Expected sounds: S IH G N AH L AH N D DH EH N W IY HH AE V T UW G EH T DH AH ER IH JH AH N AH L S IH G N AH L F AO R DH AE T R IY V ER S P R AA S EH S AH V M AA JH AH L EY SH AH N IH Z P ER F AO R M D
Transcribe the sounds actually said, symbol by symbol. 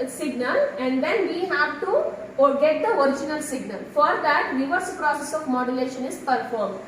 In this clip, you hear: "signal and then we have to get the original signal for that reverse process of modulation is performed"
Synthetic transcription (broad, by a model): S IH G N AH L AH N D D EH N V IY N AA P T UW G EH T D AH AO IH JH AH N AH L S IH G N AH L F AO R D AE T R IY V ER S P R AA S EH S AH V M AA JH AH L EY SH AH N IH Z P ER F AO R M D